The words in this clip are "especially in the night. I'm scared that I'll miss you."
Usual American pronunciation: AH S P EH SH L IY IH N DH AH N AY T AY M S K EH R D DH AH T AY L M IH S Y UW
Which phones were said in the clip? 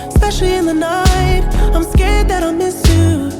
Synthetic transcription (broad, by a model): S P EH SH L IY IH N DH AH N AY T AY M S K EH R D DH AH T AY N M IH S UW